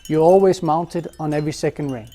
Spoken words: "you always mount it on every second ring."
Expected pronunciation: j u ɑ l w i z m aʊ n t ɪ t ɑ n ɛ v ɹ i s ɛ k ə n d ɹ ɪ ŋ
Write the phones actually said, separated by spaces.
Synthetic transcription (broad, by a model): j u ɑ l w i z m aʊ n t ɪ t n ɛ v ɹ i s ɛ k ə n d ɹ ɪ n